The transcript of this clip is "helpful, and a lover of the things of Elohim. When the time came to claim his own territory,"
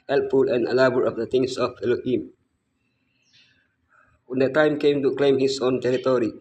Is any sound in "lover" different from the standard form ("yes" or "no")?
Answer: yes